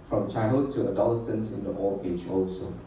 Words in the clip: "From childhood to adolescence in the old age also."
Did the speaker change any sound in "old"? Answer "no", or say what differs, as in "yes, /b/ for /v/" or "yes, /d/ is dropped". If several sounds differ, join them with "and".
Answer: yes, /d/ is dropped